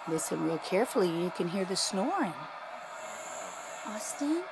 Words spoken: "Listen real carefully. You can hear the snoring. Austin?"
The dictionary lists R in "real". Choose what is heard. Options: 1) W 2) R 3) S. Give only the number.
1